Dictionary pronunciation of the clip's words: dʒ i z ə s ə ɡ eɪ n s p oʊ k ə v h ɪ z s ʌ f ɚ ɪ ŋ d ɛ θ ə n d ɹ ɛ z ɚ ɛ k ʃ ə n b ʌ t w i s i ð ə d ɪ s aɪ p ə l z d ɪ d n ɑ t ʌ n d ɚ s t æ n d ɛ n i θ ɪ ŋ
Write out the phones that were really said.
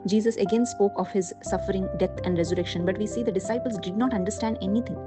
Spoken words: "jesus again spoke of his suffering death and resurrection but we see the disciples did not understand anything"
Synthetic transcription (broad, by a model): dʒ i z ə s ə ɡ eɪ n s p oʊ k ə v h ɪ z s ʌ f ɚ ɪ ŋ d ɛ t ə n d ɹ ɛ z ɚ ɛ k ʃ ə n b ʌ t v i s i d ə d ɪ s aɪ p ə l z d ɪ d n ɑ t ʌ n d ɚ s t æ n d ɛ n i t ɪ ŋ